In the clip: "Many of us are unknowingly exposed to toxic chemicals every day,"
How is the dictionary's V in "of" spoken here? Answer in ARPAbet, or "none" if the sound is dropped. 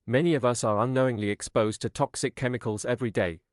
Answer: V